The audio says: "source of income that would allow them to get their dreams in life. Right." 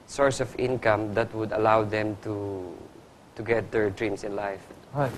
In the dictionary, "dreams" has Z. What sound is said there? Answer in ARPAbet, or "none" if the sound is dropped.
S